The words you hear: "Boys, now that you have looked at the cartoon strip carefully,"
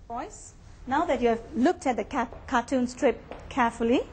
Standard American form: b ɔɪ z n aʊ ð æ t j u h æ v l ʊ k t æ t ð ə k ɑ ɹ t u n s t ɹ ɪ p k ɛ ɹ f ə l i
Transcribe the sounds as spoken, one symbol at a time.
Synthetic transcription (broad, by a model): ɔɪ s n aʊ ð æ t j u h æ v l ʊ k t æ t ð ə k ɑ t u n s t ɹ ɪ p k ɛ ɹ f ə l i